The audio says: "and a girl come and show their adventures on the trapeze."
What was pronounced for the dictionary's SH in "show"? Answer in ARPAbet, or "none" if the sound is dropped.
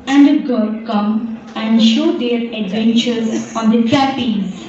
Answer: SH